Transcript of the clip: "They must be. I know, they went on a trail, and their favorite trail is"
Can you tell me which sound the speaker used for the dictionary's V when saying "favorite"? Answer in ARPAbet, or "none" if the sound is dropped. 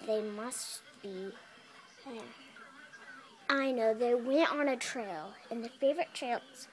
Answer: V